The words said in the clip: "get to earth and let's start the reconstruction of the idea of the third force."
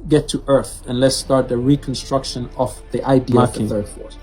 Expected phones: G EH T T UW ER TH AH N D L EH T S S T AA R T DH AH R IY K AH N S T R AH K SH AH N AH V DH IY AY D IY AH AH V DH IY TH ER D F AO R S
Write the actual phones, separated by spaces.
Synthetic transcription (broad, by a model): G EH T T UW ER TH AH N L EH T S S T AA R T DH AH R IY K AH N S T R AH K SH AH N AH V DH IY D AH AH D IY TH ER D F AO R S